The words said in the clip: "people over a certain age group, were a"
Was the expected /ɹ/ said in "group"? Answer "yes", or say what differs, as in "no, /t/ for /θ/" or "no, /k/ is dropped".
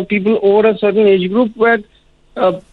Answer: yes